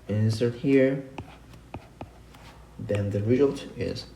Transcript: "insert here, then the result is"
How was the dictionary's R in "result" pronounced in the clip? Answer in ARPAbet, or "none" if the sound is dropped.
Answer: R